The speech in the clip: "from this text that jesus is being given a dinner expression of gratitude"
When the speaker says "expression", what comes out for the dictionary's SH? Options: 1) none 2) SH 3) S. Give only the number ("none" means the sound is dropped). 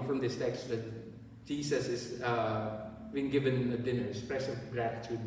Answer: 3